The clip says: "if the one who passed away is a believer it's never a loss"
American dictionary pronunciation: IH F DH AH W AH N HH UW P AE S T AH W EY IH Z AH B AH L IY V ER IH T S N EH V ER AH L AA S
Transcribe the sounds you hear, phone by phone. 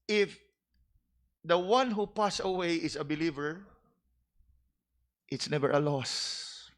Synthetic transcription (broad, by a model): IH F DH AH W AH N HH UW P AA S AH W EY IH S AH B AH L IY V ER IH T S N EH V ER AH L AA S